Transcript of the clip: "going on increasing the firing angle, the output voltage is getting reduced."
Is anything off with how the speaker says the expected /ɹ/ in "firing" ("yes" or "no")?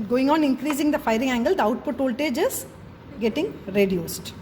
no